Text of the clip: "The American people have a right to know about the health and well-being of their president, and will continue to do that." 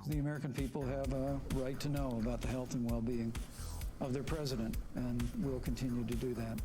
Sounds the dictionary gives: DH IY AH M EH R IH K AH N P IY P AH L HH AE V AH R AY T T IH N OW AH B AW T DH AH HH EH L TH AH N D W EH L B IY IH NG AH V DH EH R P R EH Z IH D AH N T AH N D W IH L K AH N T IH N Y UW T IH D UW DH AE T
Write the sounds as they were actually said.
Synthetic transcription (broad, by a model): DH IY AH M EH R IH K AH N P IY P L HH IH V AH R AY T T IH N OW AH B AW T DH AH HH EH L TH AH N W EH L B IY IH NG AH V DH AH R P R EH Z IH D AH N T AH N W IH L K AH N T IH N Y UW T IH D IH DH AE T